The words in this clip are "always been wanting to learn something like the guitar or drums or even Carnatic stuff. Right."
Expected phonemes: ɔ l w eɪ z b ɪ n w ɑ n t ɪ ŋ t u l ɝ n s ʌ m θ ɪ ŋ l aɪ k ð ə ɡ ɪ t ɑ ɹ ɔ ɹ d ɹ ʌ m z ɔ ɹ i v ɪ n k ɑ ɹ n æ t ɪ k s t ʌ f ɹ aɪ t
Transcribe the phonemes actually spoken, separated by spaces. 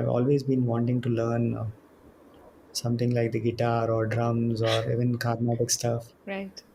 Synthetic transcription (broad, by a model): ɔ l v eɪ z b ɪ n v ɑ n t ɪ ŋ t u l ɝ n s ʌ m t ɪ ŋ l aɪ k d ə ɡ ɪ t ɑ ɹ ɔ ɹ d ɹ ʌ m z ɔ ɹ i v ɪ n k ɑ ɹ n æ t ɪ k s t ʌ f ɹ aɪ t